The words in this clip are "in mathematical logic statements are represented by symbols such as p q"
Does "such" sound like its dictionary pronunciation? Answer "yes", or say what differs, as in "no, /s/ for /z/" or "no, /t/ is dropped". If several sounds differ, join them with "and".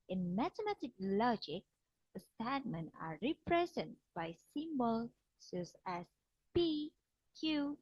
no, /s/ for /tʃ/